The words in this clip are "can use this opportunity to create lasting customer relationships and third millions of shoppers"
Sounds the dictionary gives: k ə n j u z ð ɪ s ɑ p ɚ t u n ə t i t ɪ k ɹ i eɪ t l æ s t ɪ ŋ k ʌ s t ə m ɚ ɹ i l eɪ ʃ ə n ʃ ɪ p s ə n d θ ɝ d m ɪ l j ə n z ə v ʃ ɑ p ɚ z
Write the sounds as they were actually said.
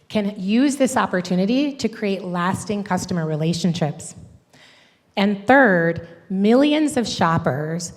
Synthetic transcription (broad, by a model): k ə n j u z ð ɪ s ɑ p ɚ t u n ə t i t ɪ k ɹ i eɪ t l æ s t ɪ ŋ k ʌ s t ə m ɚ ɹ i l eɪ ʃ ə n ʃ ɪ p s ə n θ ɝ d m ɪ l j ə n z ə v ʃ ɑ p ɚ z